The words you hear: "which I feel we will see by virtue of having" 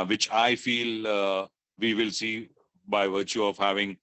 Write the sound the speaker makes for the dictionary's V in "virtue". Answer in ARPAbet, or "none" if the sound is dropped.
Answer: V